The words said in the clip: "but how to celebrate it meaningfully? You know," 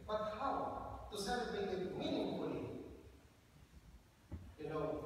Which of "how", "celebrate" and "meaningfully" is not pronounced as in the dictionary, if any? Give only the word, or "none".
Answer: celebrate